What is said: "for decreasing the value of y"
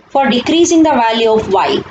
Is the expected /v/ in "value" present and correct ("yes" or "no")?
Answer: yes